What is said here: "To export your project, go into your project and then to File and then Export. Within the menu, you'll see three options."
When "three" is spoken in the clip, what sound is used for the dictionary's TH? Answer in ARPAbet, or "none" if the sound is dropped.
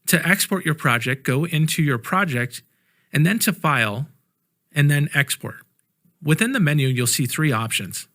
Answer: TH